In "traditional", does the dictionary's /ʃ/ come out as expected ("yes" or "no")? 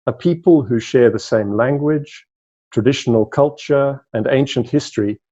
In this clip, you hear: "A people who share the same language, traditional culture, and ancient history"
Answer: yes